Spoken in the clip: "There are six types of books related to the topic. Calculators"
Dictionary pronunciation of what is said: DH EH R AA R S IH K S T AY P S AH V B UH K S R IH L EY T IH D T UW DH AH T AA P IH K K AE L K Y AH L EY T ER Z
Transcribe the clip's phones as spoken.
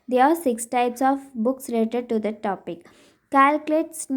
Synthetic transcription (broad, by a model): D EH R AA R S IH K S T AY P S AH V B UH K S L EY T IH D T UW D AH T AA P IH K K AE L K L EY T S